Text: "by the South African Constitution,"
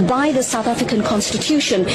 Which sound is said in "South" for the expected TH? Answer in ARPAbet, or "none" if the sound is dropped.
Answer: TH